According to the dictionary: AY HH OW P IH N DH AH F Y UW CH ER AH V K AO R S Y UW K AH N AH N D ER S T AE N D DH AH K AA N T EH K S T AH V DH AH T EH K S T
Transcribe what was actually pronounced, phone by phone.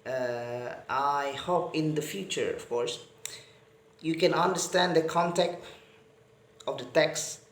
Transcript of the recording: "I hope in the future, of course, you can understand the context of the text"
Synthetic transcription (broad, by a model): AY HH OW P IH N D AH F Y UW CH ER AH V K AO R S Y UW K AH N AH N D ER S T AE N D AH K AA N T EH K T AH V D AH T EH K S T